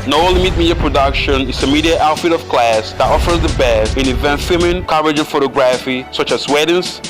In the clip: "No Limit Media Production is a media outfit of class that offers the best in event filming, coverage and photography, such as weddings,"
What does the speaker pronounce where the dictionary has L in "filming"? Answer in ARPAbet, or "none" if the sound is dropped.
none